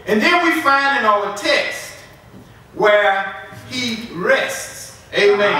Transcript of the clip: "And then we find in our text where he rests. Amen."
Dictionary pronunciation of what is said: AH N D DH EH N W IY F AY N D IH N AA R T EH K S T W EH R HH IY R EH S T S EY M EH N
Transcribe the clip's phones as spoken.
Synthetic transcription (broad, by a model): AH N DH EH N W IY F AY N D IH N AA L T EH K S T W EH R HH IY R EH S T S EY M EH